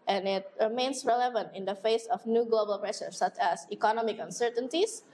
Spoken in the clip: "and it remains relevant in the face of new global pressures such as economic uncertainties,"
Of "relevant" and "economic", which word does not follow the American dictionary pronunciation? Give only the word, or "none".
none